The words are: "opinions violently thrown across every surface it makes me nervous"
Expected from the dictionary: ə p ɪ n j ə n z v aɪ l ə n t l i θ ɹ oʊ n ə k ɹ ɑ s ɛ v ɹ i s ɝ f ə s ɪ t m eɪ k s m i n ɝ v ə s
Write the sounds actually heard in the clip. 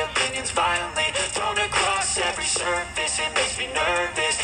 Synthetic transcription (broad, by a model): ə p ɪ n j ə n z v aɪ l ə n t l i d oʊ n ə k ɹ ɑ s ɛ v ɹ i s ɝ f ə s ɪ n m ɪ s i n ɝ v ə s